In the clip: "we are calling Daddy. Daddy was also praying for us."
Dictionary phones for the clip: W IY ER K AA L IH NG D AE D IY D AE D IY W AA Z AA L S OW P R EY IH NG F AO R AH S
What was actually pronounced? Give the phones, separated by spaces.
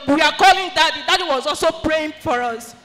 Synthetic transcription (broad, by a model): W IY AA K AA L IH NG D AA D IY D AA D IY W AA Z AA L S OW P R EY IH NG F AO R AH S